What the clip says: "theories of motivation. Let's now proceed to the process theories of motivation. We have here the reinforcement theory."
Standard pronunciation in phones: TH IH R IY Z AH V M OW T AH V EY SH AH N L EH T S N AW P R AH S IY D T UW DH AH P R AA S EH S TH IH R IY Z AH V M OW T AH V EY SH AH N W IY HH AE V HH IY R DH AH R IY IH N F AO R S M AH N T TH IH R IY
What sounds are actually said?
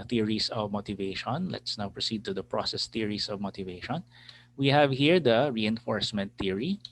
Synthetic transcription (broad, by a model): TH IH R IY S AH V M OW T AH V EY SH AH N L EH T S N AW P R AH S IY D T UW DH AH P R AA S EH S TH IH R IY S AH V M OW T AH V EY SH AH N W IY HH AE V HH IY R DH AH R IY IH N F AO R S M AH N T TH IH R IY